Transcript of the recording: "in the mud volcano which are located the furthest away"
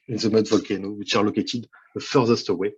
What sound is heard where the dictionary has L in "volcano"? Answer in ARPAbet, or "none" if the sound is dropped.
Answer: L